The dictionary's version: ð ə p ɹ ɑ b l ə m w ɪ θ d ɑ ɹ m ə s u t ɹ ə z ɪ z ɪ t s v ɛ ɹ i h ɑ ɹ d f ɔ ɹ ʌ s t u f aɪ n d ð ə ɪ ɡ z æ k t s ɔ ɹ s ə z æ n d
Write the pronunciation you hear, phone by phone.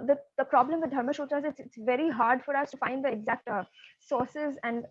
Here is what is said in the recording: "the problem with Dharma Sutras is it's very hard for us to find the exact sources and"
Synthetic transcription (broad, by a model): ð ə p ɹ ɑ b l ə m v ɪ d d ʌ ɹ m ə ʃ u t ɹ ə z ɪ s ɪ t s v ɛ ɹ i h ɑ ɹ d f ɔ ɹ ʌ s t u f aɪ n d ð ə ɪ ɡ z æ k t s ɔ ɹ s ə z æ n d